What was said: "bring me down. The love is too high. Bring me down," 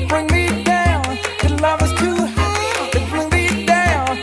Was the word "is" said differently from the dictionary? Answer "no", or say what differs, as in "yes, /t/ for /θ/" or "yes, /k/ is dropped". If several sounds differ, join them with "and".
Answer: yes, /s/ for /z/